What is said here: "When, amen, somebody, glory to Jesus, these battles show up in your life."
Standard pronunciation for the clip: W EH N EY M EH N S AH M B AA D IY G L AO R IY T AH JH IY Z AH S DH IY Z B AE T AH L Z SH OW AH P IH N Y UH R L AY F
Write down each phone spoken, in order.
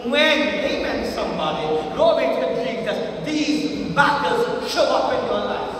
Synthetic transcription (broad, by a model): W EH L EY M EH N S AH M B AA D IY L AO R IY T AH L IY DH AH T DH IY Z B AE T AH Z SH OW AH P IH N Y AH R L AY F